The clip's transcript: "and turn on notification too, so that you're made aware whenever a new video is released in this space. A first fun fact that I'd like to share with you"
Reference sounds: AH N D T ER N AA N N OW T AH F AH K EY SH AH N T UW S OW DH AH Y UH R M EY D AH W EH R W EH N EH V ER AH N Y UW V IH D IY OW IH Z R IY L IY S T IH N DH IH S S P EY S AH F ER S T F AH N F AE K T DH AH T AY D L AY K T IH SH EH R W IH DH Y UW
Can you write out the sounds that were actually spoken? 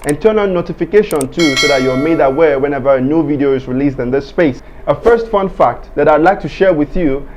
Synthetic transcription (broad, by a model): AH N T ER N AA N N OW T AH F AH K EY SH AH N T UW S OW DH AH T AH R M EY D AH W EH R W EH N EH V ER AH N Y UW V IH D IY OW IH Z R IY L IY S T IH N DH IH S S P EY S AH F ER S T F AH N F AE K T DH AH T AY D L AY K T IH SH EH R W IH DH Y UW